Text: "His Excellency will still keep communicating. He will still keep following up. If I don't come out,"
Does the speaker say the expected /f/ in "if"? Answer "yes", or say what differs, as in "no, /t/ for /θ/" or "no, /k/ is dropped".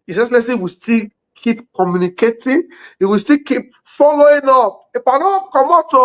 no, /p/ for /f/